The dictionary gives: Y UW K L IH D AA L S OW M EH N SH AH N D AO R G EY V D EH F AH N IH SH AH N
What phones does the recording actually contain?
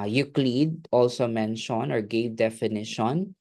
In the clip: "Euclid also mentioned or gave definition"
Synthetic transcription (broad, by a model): Y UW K L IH D AA L S OW M EH N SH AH N AO R G EY V D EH F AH N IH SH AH N